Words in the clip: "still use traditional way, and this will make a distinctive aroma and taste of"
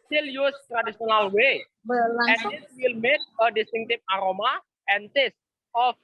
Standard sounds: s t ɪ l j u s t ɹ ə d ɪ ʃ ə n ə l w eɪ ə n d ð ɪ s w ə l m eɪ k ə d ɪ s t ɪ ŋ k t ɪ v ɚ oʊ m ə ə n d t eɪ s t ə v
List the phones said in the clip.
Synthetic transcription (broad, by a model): s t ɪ l j u s t ɹ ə d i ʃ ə n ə l w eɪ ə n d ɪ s w ə l m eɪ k ə d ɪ s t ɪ ŋ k t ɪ p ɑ oʊ m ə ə n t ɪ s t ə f